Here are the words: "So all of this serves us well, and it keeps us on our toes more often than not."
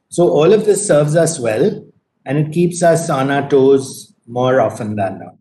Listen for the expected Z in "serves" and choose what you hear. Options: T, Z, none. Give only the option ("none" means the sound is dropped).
Z